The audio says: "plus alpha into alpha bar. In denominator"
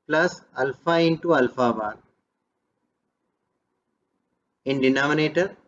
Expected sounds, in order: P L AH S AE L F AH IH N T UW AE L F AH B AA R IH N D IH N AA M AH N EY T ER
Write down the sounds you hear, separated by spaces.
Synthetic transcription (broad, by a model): P L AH S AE L F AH IH N T UW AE L F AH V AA L IH N D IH N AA M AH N EY T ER